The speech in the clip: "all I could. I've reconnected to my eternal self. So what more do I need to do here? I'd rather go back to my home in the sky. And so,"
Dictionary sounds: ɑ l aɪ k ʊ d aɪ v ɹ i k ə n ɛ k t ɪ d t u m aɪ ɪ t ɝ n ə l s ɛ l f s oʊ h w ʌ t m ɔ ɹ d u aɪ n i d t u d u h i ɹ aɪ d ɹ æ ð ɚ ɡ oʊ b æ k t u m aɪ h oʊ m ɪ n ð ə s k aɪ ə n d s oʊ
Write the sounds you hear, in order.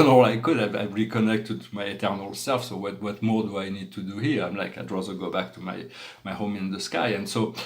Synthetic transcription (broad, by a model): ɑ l aɪ k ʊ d aɪ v ɹ i k ə n ɛ k t ɪ d t u m aɪ ɪ t ɝ n ə l s ɛ l f s oʊ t w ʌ t m ɔ ɹ d u aɪ n i d t u d u h i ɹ aɪ d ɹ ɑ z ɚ ɡ oʊ b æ k t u m aɪ h oʊ m ɪ n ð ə s k aɪ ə n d s oʊ